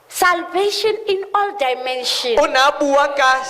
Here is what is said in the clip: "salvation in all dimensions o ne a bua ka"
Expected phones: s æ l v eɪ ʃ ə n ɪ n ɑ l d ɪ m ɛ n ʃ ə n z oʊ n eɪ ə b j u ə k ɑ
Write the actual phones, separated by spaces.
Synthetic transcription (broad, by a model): s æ l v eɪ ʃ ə n ɪ n ɑ l d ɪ m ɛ n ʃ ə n ʊ n ə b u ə k ɑ